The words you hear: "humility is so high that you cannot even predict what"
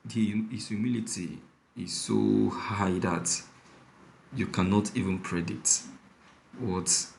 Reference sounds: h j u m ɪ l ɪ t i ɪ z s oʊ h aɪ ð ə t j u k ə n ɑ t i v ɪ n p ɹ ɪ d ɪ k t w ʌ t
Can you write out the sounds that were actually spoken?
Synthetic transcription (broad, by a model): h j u m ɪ l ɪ t i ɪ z s oʊ h aɪ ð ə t j u k ə n ɑ t i v ɪ n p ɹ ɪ d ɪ t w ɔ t